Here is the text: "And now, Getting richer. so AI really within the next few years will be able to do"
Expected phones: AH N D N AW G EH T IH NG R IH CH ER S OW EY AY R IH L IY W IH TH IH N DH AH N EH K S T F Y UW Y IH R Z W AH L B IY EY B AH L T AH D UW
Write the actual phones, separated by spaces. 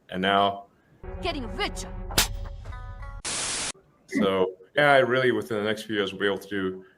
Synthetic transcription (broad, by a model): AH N N AW G EH T IH NG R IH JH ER S OW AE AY R IH L IY W IH TH IH N DH AH N EH K S T F Y UW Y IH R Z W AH B IY EY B L T AH D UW